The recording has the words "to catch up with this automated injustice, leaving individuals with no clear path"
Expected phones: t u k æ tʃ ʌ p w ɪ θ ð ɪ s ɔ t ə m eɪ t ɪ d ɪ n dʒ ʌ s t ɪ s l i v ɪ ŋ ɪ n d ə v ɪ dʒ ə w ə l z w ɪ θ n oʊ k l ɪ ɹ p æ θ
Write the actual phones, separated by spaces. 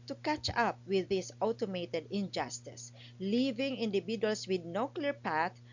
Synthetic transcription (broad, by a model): t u k æ tʃ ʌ p w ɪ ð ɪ s ɔ t ə m eɪ t ɪ d ɪ n dʒ ʌ s t ɪ s l i v ɪ ŋ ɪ n d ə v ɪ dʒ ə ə l s w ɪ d n oʊ k l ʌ ɹ p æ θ